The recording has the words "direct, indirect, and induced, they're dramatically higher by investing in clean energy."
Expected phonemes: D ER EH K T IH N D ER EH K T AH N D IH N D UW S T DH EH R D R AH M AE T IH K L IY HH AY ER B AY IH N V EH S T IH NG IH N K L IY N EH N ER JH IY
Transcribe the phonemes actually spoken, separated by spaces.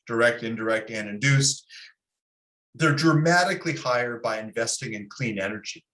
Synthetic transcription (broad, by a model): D ER EH K T IH N D ER EH K T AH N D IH N D UW S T DH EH R D R AH M AE T IH K L IY HH AY ER B AY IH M V EH S T IH NG IH N K L IY N EH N ER JH IY